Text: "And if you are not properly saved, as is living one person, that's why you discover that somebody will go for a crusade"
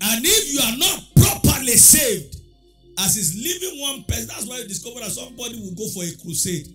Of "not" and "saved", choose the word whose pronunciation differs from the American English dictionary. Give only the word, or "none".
none